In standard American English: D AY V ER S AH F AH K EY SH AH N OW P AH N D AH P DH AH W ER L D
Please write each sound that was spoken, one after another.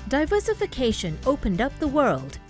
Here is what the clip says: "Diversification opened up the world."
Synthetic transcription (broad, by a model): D AY V ER S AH F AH K EY SH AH N OW P AH N D AH P DH AH W ER L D